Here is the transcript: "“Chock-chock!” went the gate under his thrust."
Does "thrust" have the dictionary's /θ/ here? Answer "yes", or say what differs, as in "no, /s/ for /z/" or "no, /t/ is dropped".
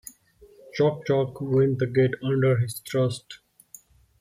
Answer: no, /t/ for /θ/